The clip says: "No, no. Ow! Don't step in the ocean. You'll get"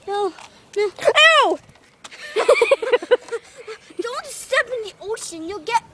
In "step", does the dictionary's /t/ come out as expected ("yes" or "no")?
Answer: no